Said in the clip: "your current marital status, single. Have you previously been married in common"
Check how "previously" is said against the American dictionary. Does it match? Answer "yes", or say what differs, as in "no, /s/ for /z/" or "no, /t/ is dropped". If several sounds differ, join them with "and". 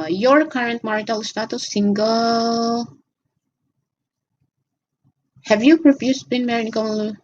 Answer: no, /f/ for /v/